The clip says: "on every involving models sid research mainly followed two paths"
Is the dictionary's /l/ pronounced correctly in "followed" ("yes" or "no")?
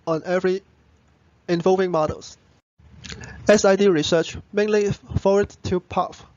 no